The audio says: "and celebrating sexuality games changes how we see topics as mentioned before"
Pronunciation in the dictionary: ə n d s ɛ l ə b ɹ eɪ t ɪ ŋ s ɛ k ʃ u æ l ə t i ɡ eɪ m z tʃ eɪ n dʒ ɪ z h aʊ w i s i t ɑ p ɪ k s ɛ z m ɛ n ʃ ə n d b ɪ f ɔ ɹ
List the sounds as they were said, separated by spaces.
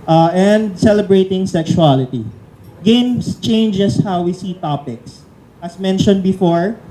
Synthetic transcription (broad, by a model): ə n d s ɛ l ə b ɹ eɪ t ɪ ŋ s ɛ k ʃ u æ l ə t i ɡ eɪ m s tʃ eɪ n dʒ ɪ s h aʊ w i s i t ɑ p ɪ k s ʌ s m ɛ n ʃ ə n d b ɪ f ɔ ɹ